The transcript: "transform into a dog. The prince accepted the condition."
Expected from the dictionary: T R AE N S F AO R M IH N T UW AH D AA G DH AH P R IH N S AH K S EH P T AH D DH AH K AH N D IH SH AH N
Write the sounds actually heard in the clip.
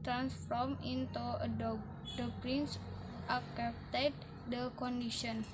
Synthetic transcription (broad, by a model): T R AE N S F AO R M IH N T UW AH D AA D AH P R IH N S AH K EH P T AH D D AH K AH N D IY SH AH N